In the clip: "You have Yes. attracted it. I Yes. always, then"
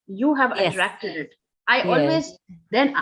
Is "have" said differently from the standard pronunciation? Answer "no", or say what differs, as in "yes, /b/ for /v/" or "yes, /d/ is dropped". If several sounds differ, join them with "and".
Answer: no